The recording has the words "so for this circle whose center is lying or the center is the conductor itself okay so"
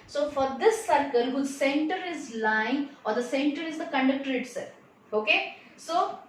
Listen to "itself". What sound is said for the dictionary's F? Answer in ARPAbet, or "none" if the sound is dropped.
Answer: none